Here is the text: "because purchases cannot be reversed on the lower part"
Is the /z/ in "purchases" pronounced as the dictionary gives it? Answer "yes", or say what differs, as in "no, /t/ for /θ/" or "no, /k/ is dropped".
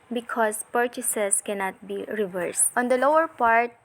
no, /s/ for /z/